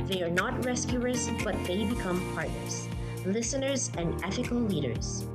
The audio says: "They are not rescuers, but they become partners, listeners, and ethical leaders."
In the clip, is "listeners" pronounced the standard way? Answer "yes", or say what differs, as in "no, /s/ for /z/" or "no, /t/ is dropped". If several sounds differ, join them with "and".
yes